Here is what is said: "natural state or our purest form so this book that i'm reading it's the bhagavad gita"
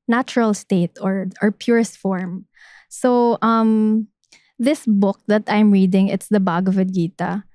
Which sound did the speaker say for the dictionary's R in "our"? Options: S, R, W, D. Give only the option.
R